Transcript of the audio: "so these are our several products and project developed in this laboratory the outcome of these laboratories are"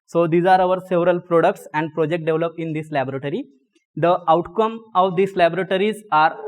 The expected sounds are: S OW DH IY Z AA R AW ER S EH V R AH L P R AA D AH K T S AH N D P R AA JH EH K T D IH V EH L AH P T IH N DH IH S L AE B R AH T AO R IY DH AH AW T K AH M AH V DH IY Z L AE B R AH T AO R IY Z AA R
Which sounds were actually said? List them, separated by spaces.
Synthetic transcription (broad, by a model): S OW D IY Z AA R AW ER S EH V R AH L P R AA D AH K T S AH N D P R AA JH EH K T D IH V L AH P IH N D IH S L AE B R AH T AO R IY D AH AW T K AH M AH V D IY S L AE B R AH T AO R IY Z AA R